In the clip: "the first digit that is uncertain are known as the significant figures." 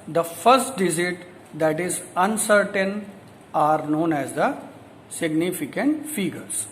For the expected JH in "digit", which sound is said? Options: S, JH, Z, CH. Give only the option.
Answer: Z